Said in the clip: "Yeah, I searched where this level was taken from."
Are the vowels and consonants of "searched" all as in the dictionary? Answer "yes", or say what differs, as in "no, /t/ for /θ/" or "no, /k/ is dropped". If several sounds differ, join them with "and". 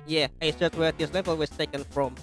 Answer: no, /s/ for /tʃ/